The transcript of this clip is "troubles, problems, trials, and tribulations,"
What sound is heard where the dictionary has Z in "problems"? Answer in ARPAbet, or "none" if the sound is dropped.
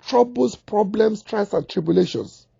S